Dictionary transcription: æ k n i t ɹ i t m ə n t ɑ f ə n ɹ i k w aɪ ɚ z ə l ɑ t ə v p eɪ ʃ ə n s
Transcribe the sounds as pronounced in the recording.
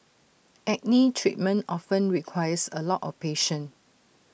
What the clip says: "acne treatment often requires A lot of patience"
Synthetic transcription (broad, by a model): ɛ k n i t ɹ i t m ə n t ɑ f ə n ɹ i k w aɪ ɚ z ə l ɑ t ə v p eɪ ʃ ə n